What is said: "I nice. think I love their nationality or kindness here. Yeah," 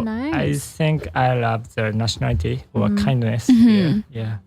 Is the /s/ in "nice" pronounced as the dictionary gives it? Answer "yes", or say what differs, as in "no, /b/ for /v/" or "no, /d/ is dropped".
no, /s/ is dropped